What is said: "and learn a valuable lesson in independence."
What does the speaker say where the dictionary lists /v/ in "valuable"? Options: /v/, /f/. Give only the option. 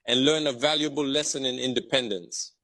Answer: /v/